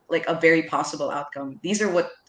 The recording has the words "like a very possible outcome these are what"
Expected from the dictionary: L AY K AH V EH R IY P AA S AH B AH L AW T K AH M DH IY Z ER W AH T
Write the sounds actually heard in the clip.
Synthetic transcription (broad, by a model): L AY K AH V EH R IY P AA S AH B L AW T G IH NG DH IY Z ER W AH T